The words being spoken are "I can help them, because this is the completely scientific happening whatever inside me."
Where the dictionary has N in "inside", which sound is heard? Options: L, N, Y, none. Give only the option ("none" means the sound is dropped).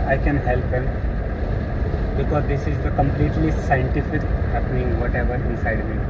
none